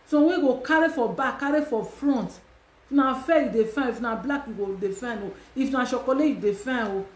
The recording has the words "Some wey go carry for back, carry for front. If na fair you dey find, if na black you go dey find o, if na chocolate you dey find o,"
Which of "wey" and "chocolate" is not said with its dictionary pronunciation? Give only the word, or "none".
chocolate